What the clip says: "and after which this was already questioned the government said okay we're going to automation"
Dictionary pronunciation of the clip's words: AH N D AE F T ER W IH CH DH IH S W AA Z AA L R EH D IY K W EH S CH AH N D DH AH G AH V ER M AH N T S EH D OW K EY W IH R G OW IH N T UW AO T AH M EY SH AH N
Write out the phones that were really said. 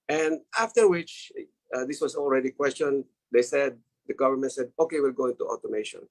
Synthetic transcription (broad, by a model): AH N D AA F T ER W IH CH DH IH S W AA S AA L R EH D IY K W EH S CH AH N D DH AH G AH V ER M AH N T S EH D OW K EY W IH L G OW IH N T UW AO T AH M EY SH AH N